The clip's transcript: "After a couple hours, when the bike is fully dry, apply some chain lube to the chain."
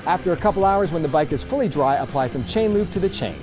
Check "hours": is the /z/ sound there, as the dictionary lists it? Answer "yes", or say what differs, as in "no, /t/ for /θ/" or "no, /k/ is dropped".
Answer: yes